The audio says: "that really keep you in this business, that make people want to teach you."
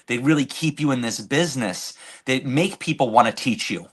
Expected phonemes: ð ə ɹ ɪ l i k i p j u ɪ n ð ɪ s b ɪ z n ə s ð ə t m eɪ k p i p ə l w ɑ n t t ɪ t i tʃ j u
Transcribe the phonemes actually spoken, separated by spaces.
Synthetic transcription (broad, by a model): ð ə ɹ ɪ l i k i p j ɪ ɪ n ð ɪ s b ɪ z n ə s ð ə t m eɪ k p i p l w ɑ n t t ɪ t i tʃ j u